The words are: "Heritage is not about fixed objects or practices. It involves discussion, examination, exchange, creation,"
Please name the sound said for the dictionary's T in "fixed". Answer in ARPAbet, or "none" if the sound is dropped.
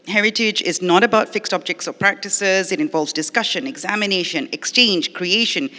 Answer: T